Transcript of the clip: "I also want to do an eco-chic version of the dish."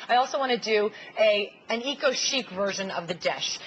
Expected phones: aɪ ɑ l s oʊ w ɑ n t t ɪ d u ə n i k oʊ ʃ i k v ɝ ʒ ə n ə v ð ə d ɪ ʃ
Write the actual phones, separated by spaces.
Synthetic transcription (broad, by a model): aɪ ɑ l s oʊ w ɑ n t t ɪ d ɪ ə n i k oʊ ʃ i k v ɝ ʒ ə n ə v ð ə d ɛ ʃ